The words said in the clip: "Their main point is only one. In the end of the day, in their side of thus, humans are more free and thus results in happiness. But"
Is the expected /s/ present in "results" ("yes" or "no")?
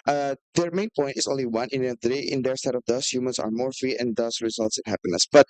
yes